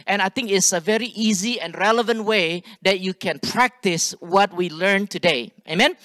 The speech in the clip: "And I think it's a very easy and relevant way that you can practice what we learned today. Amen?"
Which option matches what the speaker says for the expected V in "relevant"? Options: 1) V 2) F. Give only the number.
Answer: 1